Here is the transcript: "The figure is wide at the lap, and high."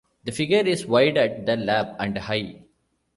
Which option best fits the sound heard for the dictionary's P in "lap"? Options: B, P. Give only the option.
B